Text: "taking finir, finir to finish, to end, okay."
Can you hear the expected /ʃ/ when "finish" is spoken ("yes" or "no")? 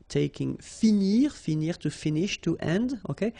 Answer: yes